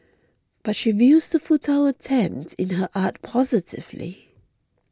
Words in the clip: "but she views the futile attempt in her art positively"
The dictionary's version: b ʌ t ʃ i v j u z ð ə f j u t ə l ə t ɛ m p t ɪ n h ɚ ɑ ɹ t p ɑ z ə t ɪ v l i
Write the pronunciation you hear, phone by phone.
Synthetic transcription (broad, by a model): b ʌ t ʃ i v j u z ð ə f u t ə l ə t ɛ m p t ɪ n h ɑ t p ɑ z ə t ɪ v l i